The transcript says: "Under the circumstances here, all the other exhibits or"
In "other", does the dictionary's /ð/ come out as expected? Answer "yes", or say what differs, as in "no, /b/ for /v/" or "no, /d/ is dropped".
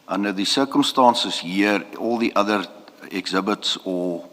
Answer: yes